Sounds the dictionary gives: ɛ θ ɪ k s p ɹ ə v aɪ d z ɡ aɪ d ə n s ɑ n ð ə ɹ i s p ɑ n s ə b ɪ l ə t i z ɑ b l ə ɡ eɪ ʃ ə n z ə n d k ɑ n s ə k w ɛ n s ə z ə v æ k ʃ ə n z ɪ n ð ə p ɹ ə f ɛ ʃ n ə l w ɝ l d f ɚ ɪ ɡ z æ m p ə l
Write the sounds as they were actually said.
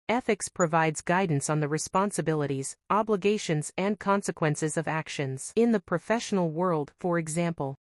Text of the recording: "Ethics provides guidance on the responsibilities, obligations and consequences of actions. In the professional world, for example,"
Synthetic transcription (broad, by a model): ɛ θ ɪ k s p ɹ ə v aɪ d z ɡ aɪ d n s n ð ə ɹ i s p ɑ n s ə b ɪ l ə t i z ɑ b l ə ɡ eɪ ʃ ə n z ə n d k ɑ n s ə k w ɛ n s ə z ə v æ k ʃ ə n z ɪ n ð ə p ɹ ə f ɛ ʃ n l w ɝ l d f ɚ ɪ ɡ z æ m p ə l